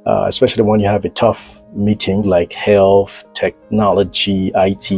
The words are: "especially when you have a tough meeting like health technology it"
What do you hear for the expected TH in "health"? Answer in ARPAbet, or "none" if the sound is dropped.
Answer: TH